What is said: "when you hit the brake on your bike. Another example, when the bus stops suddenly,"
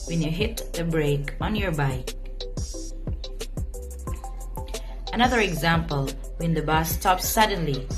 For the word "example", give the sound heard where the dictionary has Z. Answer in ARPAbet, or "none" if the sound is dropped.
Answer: Z